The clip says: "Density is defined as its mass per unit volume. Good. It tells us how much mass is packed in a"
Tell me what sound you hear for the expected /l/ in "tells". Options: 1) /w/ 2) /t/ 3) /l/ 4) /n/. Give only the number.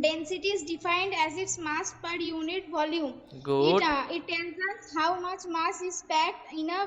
4